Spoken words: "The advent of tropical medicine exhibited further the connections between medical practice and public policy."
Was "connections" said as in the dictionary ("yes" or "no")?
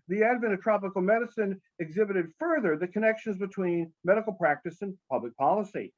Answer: yes